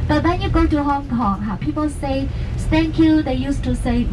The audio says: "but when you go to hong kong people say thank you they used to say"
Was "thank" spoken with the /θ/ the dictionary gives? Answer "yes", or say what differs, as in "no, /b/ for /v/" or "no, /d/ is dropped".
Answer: no, /s/ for /θ/